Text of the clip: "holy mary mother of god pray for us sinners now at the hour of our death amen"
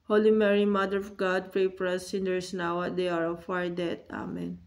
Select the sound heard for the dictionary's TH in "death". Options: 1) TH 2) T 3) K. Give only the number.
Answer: 2